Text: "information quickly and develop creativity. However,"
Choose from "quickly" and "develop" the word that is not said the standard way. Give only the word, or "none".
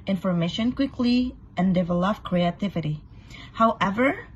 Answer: none